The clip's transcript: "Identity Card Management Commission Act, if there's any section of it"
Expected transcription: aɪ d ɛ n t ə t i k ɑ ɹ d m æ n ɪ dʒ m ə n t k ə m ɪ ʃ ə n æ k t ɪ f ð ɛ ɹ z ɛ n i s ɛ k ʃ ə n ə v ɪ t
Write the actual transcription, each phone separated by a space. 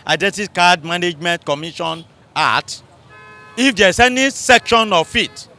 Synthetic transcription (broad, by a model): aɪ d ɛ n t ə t k ɑ d m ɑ n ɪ dʒ m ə n t k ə m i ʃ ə n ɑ t ɪ f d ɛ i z ɛ n i s ɛ k ʃ ə n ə f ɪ t